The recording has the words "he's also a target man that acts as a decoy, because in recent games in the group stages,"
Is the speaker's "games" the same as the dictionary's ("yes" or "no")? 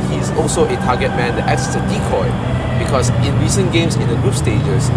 no